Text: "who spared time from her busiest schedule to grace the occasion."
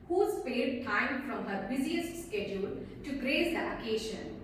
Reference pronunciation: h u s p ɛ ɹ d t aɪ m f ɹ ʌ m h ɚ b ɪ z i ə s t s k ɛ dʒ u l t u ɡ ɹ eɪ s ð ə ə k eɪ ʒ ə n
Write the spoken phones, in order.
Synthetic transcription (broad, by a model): h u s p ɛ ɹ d t aɪ m f ɹ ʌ m h ɚ b ɪ z i ə s t s k ɛ dʒ u l t u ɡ ɹ eɪ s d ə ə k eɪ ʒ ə n